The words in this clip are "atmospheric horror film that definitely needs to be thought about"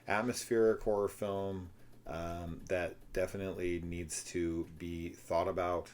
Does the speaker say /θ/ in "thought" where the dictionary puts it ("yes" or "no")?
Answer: yes